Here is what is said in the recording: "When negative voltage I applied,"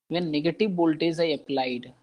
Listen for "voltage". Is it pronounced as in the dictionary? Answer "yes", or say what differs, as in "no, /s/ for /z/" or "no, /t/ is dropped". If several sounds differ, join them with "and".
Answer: no, /b/ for /v/ and /z/ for /dʒ/